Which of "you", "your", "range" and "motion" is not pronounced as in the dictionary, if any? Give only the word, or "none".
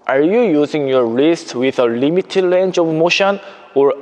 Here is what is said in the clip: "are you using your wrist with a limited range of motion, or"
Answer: range